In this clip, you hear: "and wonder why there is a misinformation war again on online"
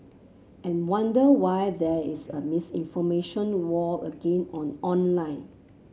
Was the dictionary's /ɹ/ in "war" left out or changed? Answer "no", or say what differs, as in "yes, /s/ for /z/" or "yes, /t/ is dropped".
yes, /l/ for /ɹ/